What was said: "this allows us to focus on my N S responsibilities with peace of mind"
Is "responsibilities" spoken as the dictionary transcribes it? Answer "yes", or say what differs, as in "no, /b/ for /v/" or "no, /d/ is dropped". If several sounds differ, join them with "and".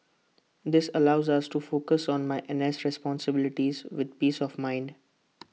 yes